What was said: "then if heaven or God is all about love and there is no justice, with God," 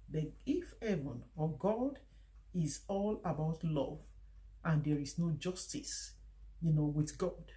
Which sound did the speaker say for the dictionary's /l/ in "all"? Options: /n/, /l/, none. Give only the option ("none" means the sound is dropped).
/l/